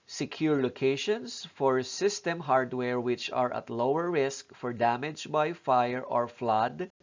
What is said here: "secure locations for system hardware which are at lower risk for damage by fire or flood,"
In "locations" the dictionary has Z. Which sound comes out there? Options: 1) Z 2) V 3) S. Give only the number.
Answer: 3